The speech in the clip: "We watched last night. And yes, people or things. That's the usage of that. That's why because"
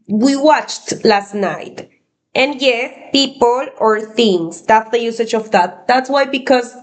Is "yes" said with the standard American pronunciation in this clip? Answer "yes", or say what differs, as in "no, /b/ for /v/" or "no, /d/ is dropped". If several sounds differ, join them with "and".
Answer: no, /s/ is dropped